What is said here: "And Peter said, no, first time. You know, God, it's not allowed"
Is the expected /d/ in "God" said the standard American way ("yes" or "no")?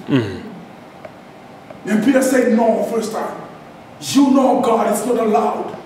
yes